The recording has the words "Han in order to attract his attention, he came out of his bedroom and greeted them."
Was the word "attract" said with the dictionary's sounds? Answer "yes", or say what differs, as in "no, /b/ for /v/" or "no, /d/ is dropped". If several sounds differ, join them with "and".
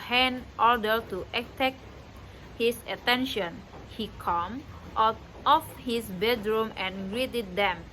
no, /ɹ/ is dropped